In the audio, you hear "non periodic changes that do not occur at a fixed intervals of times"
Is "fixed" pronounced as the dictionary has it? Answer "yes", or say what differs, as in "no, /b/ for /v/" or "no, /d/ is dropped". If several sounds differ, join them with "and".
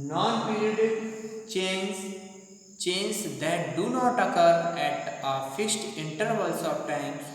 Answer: yes